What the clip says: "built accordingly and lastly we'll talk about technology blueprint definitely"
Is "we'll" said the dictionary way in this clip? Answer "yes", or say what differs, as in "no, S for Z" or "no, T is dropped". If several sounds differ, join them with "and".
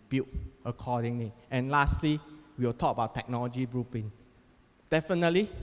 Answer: no, W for L